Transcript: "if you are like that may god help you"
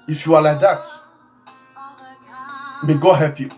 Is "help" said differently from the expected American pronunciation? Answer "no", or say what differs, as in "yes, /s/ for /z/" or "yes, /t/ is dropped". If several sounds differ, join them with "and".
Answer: yes, /l/ is dropped